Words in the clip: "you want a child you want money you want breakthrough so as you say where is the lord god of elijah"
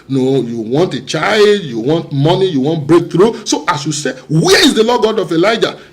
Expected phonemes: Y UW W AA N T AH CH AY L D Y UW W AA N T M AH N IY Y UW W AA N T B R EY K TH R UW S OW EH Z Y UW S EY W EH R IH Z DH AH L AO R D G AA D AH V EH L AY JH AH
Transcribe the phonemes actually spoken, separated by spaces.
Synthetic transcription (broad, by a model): Y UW W AA N T AH CH AY L D Y UW W AA N T M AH N IY Y UW W AA N T B R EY K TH R UW S OW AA S Y UW S EY W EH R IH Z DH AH L AO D G AA D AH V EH L AY JH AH